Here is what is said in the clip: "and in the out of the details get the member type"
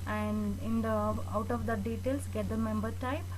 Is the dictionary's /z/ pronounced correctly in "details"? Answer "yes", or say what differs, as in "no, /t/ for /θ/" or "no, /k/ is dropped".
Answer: no, /s/ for /z/